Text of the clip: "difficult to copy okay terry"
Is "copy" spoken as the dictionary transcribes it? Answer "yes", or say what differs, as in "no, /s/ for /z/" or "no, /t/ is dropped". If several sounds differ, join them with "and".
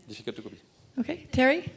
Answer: no, /b/ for /p/